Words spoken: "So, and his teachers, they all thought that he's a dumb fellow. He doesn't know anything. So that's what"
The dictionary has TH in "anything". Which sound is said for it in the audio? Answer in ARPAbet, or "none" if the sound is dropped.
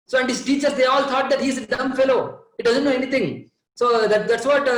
T